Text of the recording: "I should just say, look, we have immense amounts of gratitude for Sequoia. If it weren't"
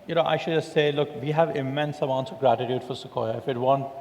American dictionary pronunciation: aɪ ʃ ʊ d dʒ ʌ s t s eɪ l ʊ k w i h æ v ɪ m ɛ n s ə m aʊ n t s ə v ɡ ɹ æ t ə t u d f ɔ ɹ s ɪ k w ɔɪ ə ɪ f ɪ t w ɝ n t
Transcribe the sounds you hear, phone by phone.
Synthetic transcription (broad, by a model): aɪ ʃ ʊ d dʒ ʌ s t s eɪ l ʊ k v i h æ v ɪ m ɛ n s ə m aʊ n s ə ɡ ɹ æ t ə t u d f ɔ ɹ s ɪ k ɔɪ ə ɪ f ɪ t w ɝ n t